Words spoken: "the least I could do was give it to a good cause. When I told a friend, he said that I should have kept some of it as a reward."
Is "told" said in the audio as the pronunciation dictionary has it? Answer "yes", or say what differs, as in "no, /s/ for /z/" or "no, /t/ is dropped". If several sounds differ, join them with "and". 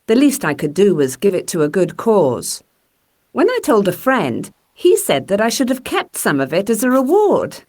yes